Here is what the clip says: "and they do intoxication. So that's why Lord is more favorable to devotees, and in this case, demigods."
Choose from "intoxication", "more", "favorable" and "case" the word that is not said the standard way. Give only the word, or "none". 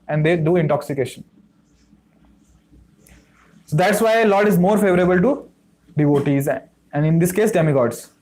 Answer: none